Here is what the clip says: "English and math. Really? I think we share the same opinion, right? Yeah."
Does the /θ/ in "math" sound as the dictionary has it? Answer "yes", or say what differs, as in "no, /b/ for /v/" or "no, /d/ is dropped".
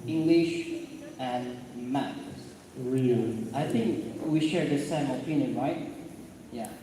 no, /s/ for /θ/